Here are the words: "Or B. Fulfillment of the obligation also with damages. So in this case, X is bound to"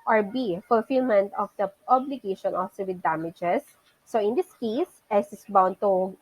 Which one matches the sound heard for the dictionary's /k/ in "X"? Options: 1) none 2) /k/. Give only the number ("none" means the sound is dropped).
1